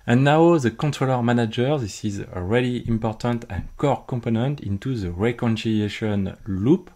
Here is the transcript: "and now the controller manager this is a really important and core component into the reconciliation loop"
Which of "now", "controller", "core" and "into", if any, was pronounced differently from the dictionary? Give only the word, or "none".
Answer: none